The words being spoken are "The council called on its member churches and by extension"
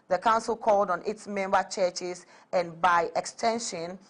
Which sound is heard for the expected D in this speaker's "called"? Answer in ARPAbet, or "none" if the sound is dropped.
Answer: D